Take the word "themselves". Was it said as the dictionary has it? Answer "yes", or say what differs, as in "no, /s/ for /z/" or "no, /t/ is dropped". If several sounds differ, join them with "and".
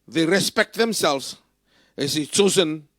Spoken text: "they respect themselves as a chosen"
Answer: yes